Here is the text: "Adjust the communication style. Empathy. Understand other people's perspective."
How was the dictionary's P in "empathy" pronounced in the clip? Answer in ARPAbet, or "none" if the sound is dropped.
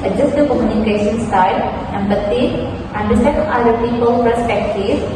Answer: B